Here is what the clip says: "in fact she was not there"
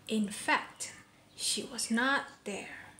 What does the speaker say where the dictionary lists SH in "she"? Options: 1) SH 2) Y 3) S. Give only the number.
1